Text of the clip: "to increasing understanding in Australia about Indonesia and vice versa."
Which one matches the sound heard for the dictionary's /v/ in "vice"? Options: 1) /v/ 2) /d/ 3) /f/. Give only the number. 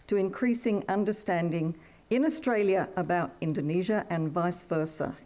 1